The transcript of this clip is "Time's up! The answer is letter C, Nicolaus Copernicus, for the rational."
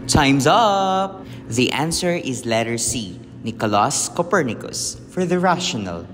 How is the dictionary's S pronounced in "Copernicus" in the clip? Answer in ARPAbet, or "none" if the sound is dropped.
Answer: S